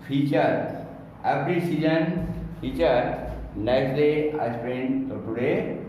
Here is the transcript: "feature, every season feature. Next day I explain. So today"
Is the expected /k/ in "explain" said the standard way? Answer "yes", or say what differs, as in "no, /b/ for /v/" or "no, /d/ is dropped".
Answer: no, /k/ is dropped